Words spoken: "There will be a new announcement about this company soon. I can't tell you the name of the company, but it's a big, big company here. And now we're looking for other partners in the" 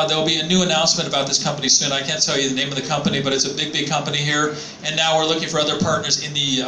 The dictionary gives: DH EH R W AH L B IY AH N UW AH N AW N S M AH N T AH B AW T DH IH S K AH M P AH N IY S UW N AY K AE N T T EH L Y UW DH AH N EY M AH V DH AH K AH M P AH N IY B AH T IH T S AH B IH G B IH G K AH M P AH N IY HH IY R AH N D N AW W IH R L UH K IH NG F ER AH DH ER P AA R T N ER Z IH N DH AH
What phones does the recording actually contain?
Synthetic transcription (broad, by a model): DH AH R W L B IY AH N UW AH N AW N S M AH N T AH B AW T DH IH S K AH M P AH N IY S UW N AY K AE N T T EH L Y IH DH AH N EY M AH V DH AH K AH M P AH N IY B AH T IH T S AH B IH G B IH G K AH M P AH N IY HH IY R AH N N AW W IH R L UH K IH NG F ER AH DH ER P AA R T N ER Z IH N DH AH